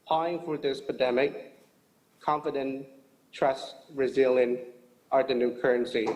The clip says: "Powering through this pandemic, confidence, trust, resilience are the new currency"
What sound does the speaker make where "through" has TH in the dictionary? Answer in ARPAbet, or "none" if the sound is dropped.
F